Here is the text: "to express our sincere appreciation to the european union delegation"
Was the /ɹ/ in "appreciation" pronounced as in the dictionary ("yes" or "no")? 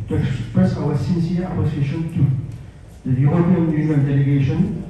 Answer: no